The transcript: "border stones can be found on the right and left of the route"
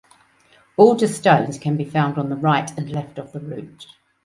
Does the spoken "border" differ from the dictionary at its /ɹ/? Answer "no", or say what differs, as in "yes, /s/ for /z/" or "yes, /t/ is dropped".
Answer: yes, /l/ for /ɹ/